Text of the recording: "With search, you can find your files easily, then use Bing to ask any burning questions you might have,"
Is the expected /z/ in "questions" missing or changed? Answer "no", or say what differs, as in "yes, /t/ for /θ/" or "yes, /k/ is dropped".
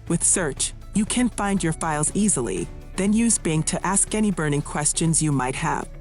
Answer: no